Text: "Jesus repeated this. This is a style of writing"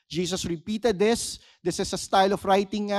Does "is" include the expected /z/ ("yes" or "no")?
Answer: no